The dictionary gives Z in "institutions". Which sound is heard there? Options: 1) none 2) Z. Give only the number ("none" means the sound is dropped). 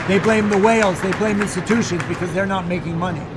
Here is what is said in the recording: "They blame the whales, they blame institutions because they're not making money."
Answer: 2